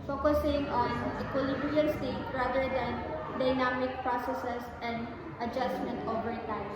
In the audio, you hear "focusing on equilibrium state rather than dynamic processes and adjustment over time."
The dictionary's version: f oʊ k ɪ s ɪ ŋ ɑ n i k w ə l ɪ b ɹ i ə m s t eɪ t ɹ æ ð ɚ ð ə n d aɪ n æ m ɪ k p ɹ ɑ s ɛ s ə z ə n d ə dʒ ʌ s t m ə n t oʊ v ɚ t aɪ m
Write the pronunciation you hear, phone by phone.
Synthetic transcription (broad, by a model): f oʊ k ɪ s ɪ ŋ ɑ n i k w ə l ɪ b ɹ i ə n s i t ɹ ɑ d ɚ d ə n d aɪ n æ m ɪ k p ɹ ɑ s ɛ s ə s ə n d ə dʒ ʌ s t m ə n t oʊ v ɚ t aɪ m